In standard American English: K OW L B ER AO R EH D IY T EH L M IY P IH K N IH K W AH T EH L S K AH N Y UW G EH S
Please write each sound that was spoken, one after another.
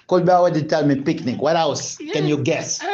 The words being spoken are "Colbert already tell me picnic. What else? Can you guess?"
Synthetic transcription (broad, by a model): K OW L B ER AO W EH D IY T EH L M IY P IH K N IH K W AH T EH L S K AH N Y UW G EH S